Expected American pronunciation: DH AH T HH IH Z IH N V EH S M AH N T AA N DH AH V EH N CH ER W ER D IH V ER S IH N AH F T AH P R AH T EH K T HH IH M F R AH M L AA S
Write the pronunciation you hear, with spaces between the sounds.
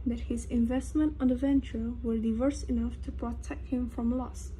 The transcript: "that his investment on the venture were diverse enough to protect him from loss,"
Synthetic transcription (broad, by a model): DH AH T HH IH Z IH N V EH S M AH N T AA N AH V EH N CH ER W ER D IH V ER S IH N AH F T AH P R AH T EH K T HH IH M F R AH M L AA S